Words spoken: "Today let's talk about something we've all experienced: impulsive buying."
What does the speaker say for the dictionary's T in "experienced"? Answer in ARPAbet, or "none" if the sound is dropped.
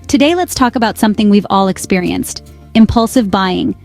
T